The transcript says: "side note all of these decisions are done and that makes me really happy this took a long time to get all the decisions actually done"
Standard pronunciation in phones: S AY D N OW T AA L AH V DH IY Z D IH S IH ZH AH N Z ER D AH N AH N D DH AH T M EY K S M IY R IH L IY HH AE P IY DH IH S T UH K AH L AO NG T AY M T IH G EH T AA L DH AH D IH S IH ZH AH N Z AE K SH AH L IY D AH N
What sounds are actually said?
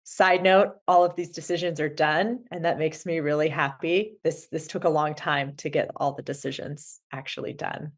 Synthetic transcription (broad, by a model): S AY D N OW T AA L AH V DH IY Z D IH S IH ZH AH N Z ER D AH N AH N DH AH T M EY K S M IY R IH L IY HH AE P IY DH IH S T UH K AH L AO NG T AY M T IH G EH T AA L DH AH D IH S IH ZH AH N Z AE K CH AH L IY D AH N